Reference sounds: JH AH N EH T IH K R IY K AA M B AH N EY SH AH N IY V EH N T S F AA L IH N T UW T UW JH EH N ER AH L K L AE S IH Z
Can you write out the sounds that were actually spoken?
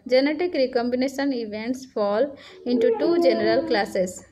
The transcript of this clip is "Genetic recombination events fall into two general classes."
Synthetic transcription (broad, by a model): JH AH N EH T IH K R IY K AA M B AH N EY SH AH N IY V EH N T S F AA L IH N T UW T UW JH EH N ER AH L K L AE S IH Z